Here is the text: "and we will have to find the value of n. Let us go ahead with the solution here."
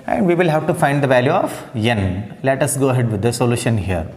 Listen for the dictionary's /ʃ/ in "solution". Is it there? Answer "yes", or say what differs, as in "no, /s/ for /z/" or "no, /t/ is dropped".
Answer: yes